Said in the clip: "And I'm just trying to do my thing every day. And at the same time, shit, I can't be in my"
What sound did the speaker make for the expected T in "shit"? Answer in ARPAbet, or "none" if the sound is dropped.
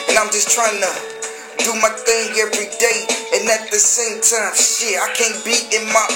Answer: none